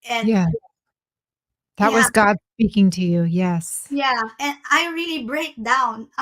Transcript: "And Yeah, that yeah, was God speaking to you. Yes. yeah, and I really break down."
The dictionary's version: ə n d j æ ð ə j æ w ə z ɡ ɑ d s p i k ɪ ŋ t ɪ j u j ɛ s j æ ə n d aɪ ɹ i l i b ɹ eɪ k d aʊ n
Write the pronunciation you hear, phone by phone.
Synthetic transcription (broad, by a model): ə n j æ ð ə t w ə z ɡ ɑ d s p i k ɪ ŋ t ɪ j u j ɛ s j æ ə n aɪ ɹ i l i b ɹ eɪ k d aʊ n